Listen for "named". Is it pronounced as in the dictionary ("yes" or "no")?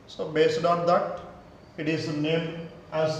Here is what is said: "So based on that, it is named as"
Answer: no